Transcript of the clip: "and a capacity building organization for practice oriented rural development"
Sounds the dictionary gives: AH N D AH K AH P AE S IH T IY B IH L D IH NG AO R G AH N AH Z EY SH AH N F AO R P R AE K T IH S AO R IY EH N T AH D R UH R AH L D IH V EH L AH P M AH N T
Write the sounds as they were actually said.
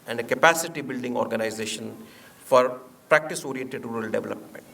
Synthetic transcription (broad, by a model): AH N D AH K AH P AE S IH T IY B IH L D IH NG AO R G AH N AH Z EY SH AH N F AO R P R AE K T IH S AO R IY EH T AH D R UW R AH L D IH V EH L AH P M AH N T